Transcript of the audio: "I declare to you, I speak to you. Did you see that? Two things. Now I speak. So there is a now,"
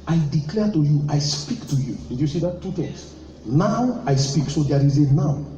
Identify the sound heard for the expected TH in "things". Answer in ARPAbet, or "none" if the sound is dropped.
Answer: T